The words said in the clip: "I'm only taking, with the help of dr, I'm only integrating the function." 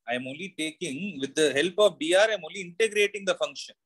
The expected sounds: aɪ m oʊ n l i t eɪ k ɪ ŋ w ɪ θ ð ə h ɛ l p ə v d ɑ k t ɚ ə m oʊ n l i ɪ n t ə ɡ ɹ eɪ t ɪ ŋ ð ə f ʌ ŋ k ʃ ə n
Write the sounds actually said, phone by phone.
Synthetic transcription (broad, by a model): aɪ m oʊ l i t eɪ k ɪ ŋ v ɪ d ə h ɛ l p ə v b ɑ t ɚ ə m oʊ l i ɪ n t ə ɡ ɹ eɪ t ɪ ŋ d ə f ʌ ŋ k ʃ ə n